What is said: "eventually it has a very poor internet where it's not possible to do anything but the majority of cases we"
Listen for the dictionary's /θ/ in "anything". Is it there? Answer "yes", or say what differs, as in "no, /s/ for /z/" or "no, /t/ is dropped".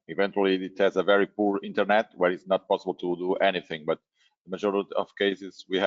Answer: yes